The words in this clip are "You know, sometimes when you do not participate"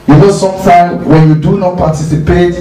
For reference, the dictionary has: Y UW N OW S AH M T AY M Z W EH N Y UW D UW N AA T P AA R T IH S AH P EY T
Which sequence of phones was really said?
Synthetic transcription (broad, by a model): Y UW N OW S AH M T AY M W EH N Y UW D UW N AA T P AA T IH S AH P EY T